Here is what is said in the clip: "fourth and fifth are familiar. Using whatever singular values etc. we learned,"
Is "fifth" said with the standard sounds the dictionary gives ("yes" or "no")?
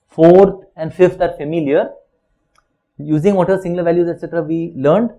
no